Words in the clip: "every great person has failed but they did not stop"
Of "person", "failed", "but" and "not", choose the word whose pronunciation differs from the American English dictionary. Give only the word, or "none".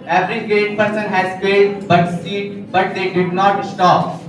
failed